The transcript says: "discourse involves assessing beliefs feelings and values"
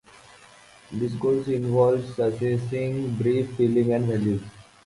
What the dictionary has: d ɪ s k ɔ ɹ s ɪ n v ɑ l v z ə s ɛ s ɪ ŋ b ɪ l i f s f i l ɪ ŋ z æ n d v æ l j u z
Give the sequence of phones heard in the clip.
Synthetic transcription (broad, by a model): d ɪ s k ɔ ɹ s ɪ n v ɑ l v s ə s ɛ s ɪ ŋ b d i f f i l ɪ ŋ æ n d v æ l j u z